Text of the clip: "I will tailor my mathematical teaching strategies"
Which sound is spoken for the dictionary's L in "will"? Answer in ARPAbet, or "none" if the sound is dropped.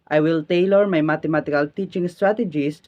L